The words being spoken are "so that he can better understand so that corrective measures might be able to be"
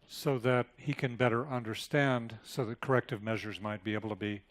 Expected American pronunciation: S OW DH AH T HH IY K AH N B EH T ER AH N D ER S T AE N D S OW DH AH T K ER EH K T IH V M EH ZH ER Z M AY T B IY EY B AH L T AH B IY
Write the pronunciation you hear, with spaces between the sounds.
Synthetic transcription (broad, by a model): S OW DH AH T HH IY K AH N B EH T ER AH N D ER S T AE N D S OW DH AH T K ER EH K T IH V M EH ZH ER Z M AY T B IY EY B L T AH B IY